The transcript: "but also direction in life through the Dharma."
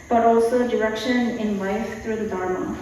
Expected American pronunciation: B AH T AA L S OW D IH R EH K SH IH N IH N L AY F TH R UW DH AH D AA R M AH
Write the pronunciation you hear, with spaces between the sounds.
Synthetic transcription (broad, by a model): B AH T AA L S OW D IH R EH K SH IH N IH N L AY F T R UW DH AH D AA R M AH